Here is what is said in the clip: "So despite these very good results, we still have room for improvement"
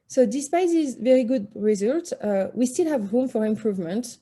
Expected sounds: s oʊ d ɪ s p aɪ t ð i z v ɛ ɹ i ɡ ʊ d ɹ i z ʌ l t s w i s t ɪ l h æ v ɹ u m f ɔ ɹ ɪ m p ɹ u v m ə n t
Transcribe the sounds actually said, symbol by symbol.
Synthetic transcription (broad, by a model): s oʊ d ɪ s p aɪ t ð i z v ɛ ɹ i ɡ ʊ d ɹ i z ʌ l t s w i s t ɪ l h æ v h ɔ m f ɔ ɹ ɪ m p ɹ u v m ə n t